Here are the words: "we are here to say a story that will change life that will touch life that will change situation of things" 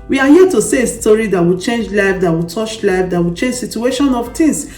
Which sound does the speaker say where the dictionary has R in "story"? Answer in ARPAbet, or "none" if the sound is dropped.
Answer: R